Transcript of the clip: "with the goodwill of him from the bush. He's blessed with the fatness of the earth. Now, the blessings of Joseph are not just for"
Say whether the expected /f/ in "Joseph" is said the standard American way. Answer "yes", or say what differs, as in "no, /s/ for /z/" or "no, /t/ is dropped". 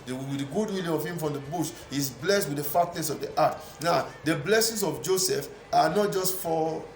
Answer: yes